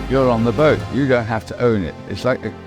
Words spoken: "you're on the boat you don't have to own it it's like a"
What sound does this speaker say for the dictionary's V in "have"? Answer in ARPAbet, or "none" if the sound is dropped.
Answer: F